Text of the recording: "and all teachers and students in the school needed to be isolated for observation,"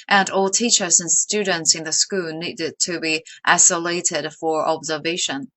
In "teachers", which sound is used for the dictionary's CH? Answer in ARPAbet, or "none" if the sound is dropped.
CH